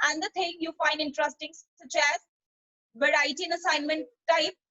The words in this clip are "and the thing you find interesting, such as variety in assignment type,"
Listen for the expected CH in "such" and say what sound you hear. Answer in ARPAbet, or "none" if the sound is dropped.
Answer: CH